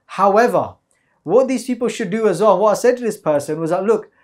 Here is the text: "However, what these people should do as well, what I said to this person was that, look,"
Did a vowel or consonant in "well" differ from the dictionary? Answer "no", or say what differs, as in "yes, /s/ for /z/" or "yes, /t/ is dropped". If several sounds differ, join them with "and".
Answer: yes, /n/ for /l/